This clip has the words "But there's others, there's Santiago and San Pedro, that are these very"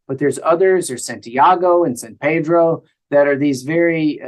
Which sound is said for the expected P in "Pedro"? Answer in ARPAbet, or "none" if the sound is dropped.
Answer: P